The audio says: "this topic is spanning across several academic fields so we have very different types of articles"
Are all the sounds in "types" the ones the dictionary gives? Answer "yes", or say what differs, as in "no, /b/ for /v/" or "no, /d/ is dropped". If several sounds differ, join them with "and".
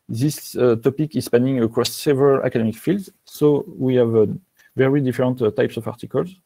yes